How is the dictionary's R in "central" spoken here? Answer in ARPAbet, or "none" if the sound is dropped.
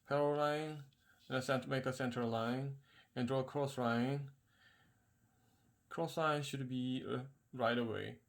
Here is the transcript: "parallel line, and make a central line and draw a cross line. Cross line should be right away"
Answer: none